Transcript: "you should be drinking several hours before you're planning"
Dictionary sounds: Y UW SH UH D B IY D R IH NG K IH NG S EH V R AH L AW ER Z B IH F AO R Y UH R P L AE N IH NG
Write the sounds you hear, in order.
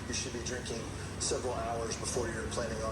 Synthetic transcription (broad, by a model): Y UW SH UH D B IY D R IH NG K IH NG S EH V R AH L AW ER Z B IH F AO R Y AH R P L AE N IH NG